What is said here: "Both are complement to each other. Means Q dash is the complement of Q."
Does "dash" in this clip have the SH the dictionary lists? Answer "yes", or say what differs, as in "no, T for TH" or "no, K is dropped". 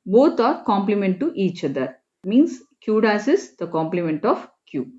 no, S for SH